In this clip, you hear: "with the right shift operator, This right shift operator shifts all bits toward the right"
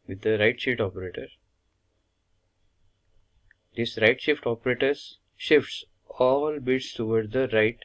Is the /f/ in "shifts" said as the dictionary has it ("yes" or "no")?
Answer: yes